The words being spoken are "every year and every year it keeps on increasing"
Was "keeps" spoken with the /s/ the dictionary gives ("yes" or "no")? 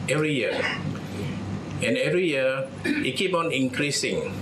no